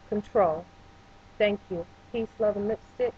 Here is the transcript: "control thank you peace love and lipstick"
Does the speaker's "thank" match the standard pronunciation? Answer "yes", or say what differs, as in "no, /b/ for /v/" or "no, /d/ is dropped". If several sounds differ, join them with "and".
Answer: yes